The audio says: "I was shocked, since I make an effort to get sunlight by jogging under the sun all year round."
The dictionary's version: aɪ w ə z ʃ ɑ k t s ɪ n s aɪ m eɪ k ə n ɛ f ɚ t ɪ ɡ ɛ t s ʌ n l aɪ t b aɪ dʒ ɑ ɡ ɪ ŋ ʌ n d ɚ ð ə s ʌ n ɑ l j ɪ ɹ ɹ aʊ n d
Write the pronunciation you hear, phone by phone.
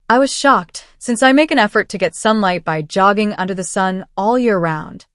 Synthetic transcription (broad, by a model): aɪ w ə z ʃ ɑ k t s ɪ n s aɪ m eɪ k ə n ɛ f ɚ t ɪ ɡ ɛ t s ʌ n l aɪ t b aɪ dʒ ɑ ɡ ɪ ŋ ʌ n d ɚ ð ə s ʌ n ɑ l j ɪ ɹ ɹ aʊ n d